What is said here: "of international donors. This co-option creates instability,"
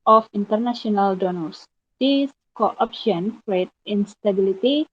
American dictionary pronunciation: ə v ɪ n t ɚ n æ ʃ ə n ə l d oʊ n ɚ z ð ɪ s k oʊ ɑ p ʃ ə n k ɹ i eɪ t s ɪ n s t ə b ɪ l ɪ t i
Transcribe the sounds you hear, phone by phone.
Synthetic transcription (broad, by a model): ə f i n t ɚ n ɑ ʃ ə n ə l d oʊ n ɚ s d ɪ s k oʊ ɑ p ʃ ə n k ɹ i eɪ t ɪ n s t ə b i l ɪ t i